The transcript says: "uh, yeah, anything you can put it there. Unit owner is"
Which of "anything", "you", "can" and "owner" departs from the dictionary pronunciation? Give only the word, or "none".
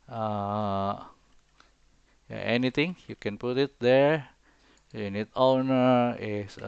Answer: anything